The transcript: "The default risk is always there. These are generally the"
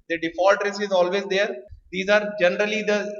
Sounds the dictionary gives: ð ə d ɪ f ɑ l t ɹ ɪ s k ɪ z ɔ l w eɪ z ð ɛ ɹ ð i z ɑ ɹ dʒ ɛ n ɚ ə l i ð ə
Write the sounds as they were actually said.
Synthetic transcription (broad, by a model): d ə d ɪ f ɑ l t ɹ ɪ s ɪ z ɔ l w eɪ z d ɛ ɹ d i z ɑ ɹ dʒ ɛ n ɚ ə l i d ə